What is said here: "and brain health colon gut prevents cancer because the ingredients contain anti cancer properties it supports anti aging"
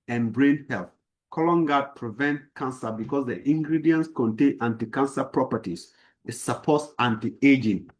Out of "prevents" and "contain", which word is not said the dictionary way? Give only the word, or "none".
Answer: prevents